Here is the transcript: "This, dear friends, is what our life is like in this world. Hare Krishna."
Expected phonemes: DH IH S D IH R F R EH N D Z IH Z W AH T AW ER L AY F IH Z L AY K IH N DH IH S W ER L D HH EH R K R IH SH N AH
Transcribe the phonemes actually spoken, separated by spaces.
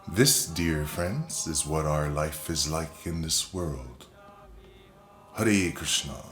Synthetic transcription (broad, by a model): DH IH S D IH R F R EH N D Z IH Z W AH T AW ER L AY F IH Z L AY K IH N DH IH S W ER L D HH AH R K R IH SH N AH